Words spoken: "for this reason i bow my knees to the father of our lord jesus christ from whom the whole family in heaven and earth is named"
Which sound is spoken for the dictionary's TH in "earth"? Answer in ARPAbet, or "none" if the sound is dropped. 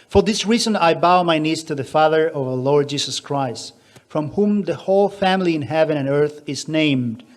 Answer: TH